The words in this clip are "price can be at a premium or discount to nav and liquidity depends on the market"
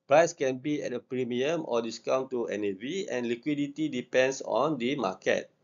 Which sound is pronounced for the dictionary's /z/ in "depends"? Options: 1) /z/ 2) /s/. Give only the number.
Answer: 2